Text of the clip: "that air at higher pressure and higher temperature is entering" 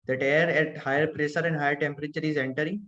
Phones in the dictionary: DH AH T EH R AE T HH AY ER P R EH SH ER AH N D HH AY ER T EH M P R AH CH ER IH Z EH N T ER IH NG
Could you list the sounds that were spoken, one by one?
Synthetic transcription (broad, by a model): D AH T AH R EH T HH AY ER P R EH S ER AH N D HH AY ER T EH M P R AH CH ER IH Z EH N T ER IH